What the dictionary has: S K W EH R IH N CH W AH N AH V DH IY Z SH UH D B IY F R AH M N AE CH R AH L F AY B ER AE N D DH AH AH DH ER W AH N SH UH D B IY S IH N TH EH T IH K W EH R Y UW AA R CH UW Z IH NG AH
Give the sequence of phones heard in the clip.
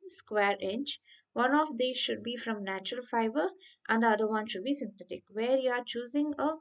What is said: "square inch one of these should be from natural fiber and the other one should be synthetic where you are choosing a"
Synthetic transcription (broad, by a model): S K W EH R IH N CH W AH N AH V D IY SH UH D B IY F R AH M N AE CH R AH L F AY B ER AE N D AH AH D ER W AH N SH UH D B IY S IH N T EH T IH K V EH R Y UW AA R CH UW Z IH NG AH